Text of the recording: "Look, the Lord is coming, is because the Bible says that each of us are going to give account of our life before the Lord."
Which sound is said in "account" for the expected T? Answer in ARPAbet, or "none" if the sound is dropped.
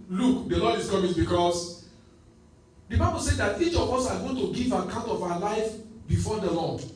T